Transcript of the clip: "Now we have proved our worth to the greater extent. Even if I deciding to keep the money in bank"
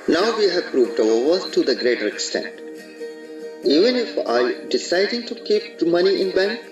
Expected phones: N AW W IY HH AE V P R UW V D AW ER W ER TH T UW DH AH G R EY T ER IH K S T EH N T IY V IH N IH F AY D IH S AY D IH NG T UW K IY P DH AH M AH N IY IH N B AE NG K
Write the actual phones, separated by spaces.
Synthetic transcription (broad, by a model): N AW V IY HH AE V P R UW V D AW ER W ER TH T UW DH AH G R EY T ER IH K S T EH N T IY V IH N IH F AY D IH S AY D IH NG T UW K IY P M AH N IY IH N B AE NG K